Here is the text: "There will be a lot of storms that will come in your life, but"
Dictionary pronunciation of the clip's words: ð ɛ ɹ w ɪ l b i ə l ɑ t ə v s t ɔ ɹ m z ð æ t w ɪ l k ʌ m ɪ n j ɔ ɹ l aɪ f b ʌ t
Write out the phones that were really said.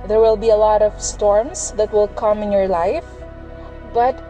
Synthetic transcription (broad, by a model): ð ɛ ɹ w ɪ l b i ə l ɑ t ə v s t ɔ ɹ m s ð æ t w ɪ l k ʌ m ɪ n j ɔ ɹ l aɪ f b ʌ t